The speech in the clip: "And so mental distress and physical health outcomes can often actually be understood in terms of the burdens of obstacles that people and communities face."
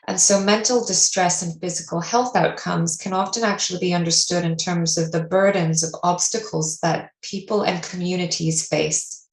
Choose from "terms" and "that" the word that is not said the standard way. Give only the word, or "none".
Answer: none